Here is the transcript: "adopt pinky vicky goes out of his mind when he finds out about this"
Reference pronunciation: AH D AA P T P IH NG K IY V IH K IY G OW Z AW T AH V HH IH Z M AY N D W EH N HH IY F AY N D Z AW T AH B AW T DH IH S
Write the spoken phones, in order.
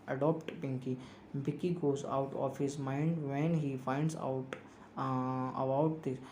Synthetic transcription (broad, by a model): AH D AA P T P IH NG K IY B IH K IY G OW Z AW T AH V HH IH Z M AY N D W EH N HH IY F AY N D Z AW T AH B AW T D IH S